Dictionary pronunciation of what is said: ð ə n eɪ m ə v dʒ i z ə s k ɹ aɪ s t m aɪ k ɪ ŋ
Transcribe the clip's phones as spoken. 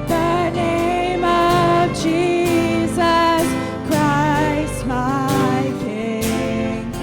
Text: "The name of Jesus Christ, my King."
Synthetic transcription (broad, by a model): ð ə n eɪ m ə v dʒ i z ə s k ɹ aɪ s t m aɪ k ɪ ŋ